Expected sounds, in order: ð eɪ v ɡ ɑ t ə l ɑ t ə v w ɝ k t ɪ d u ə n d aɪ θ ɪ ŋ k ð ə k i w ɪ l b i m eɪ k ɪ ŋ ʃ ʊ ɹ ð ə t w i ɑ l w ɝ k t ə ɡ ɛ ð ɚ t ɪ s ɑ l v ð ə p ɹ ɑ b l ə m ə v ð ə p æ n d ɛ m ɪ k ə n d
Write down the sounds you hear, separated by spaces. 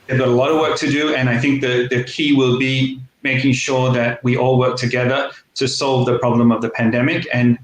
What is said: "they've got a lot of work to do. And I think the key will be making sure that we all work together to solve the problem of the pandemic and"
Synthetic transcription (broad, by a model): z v ɡ ɑ t ə l ɑ t ə v w ɝ k t ɪ d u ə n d aɪ θ ɪ ŋ k ð ə k i w ɪ l b i m eɪ k ɪ ŋ ʃ ʊ ɹ ð ə t w i ɑ l w ɝ k t ə ɡ ɛ ð ɚ t ɪ s ɑ l v ð ə p ɹ ɑ b l ə m ə v ð ə p æ n d ɛ m ɪ k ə n